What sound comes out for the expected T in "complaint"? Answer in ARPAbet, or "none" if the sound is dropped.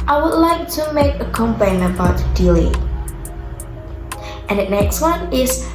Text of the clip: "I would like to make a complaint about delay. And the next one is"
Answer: none